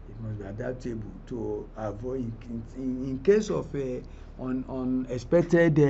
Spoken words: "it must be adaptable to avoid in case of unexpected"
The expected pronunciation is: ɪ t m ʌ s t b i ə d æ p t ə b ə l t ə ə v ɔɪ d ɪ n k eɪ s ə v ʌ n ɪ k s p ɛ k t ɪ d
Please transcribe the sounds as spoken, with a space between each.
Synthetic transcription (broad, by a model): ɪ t m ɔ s b i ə d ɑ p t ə b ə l t ə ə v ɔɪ ɪ n k eɪ s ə f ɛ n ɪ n s p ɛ k t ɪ d